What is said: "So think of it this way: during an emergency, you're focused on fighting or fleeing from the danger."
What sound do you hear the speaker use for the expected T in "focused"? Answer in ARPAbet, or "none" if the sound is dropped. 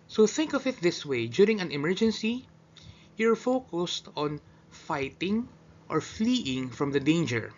T